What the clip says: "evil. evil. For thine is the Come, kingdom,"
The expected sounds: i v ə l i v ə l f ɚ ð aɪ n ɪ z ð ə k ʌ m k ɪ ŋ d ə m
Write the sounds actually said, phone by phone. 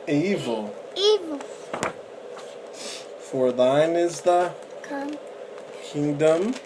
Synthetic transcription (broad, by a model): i v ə l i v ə l f ɚ ð aɪ n ɪ z ð ə k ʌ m k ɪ ŋ d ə m